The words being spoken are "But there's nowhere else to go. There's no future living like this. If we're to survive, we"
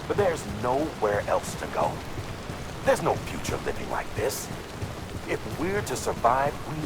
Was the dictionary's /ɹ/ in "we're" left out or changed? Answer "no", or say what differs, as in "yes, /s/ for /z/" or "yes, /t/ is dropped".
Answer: no